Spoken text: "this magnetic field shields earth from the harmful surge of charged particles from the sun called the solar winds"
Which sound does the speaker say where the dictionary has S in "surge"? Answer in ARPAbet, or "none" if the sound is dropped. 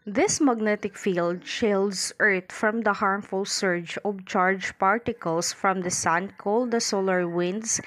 S